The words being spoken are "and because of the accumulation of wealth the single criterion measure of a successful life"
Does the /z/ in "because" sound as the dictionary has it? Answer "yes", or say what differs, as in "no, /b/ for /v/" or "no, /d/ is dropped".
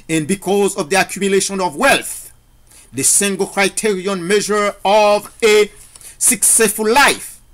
yes